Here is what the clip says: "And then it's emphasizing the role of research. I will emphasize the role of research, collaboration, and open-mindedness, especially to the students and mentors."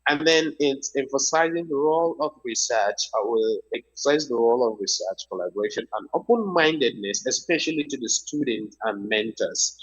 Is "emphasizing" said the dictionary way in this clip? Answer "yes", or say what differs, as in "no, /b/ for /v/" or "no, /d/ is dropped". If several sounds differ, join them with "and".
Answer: yes